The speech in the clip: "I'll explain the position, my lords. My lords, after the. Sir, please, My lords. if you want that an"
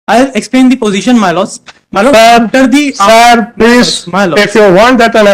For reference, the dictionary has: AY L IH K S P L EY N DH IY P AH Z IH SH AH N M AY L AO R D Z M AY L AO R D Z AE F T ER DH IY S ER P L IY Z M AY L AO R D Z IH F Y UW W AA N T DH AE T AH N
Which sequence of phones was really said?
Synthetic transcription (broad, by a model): AY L IH K S P L EY N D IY P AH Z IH SH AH N M AY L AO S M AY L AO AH T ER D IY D P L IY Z M AY L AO IH F Y UW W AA N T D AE T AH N